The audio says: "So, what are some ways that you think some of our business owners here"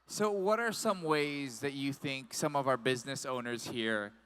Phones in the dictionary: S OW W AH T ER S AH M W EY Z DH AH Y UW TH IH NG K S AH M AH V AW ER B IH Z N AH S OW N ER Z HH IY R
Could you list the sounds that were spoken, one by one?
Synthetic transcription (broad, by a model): S OW W AH T ER S AH M W EY Z DH AH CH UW TH IH NG K S AH M AH V AW ER B IH Z N AH S OW N ER Z HH IY R